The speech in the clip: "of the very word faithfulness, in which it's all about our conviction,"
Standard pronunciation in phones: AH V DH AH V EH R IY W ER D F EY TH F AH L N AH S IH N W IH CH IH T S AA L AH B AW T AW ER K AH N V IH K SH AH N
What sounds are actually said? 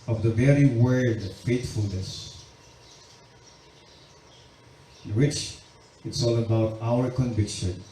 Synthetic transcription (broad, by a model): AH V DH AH V EH R IY W ER D F EY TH F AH L N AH S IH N W IH CH IH T S AA L AH B AW T AW ER K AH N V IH K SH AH N